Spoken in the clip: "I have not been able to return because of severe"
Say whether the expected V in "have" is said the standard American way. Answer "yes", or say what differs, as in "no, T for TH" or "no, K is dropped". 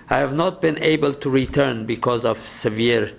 yes